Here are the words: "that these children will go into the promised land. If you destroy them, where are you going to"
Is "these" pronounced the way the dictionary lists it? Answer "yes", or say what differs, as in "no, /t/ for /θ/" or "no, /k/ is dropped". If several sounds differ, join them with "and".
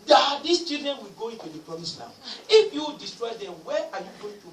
no, /s/ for /z/